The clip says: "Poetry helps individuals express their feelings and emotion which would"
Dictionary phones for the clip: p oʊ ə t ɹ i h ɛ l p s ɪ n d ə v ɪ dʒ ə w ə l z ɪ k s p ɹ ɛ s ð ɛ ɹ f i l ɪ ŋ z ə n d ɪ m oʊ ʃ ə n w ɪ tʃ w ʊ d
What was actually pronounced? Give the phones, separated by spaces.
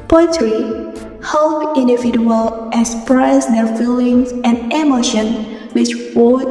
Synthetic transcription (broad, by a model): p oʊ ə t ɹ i h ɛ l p ɪ n d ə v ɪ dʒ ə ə l ɪ k s p ɹ ɛ s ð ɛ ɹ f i l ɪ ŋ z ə n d ɪ m oʊ ʃ ə n w ɪ tʃ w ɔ